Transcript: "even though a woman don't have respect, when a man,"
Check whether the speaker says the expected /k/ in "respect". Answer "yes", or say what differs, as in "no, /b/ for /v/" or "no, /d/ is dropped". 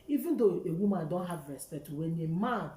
no, /k/ is dropped